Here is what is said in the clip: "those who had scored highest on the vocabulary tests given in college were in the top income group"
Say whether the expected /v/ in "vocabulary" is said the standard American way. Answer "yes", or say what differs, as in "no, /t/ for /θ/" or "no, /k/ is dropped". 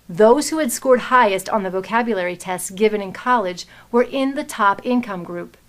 yes